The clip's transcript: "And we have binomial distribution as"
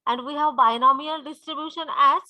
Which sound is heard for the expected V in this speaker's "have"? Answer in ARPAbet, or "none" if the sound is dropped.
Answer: V